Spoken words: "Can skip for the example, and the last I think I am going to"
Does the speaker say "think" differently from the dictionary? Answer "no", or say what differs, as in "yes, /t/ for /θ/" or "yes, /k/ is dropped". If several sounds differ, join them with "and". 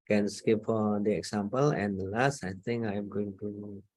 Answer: yes, /k/ is dropped